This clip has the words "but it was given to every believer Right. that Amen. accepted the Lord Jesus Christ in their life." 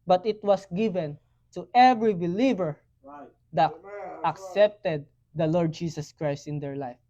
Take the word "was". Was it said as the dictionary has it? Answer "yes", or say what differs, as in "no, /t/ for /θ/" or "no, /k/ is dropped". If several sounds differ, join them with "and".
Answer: no, /s/ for /z/